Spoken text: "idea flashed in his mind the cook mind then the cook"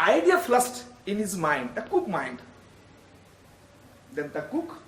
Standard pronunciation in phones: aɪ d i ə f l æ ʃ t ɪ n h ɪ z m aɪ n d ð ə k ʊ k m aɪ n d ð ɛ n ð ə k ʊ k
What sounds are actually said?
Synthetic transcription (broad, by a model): aɪ d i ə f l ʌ s t ɪ n h ɪ z m aɪ n d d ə k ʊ k m aɪ n d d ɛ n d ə k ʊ k